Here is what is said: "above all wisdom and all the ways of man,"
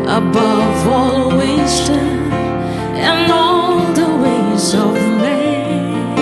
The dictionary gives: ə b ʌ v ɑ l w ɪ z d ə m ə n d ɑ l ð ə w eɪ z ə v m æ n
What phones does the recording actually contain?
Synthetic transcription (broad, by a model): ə b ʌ v ɑ l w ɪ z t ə ə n ɑ l ð ə w eɪ z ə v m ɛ